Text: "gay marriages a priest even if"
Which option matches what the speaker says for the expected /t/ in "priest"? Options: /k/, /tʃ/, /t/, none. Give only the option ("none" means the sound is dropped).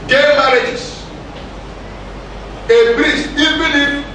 none